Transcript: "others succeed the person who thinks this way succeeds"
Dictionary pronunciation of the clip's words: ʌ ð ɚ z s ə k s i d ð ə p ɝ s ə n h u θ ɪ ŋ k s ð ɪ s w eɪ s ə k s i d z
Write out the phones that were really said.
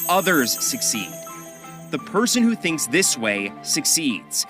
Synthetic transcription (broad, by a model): ʌ ð ɚ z s ə k s i d ð ə p ɝ s ə n h u θ ɪ ŋ k s ð ɪ s w eɪ s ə k s i d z